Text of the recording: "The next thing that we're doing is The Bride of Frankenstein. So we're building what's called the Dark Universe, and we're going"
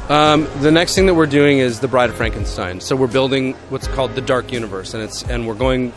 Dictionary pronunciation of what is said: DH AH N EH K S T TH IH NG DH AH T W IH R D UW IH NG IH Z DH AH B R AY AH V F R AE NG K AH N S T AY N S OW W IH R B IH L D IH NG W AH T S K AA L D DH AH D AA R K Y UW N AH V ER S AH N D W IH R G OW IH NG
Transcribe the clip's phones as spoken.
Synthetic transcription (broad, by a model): DH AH N EH K S T TH IH NG DH AH T W IH R D UW IH NG IH Z DH AH B R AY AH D F R AE NG K AH N S T AY N S OW W IH R B IH L D IH NG W AH T S K AA L D DH AH D AA R K Y UW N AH V ER S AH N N W IH R G OW IH NG